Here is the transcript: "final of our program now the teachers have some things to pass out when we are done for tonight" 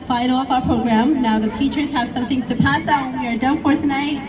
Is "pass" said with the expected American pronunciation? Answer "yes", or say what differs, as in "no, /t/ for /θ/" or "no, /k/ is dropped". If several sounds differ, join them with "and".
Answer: yes